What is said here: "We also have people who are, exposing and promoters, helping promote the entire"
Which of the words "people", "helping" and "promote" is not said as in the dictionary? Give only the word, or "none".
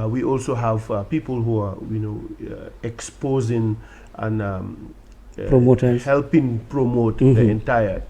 none